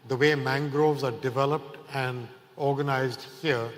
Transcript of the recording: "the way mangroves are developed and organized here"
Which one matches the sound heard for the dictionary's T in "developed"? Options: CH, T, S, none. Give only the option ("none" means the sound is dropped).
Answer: T